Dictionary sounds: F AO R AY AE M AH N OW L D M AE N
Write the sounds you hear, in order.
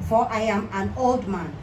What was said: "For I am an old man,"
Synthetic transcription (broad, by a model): F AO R AY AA M AH N OW L D M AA N